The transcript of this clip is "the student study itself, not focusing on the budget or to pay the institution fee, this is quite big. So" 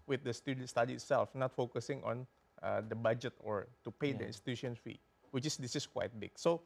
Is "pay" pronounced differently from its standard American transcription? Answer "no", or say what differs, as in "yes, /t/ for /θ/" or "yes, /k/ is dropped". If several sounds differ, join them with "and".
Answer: no